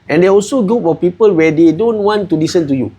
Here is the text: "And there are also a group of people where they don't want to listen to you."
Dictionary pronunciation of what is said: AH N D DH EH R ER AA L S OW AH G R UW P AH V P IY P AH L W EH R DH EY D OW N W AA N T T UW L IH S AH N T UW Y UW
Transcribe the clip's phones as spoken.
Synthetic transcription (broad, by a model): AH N D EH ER AA L S OW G UW F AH P IY P AH L W EH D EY D OW N W AA N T T UW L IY S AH N T UW Y UW